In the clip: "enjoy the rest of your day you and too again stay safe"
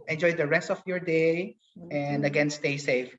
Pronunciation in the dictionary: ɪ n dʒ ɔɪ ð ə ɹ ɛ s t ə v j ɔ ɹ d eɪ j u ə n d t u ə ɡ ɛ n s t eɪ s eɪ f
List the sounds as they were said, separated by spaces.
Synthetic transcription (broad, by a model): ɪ n dʒ ɔɪ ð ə ɹ ɛ s t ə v j ɔ ɹ d eɪ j ə n d ə ɡ ɛ n s t eɪ s eɪ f